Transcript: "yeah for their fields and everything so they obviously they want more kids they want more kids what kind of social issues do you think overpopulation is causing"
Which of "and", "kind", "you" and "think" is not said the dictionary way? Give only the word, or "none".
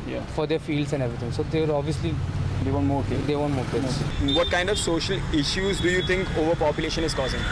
think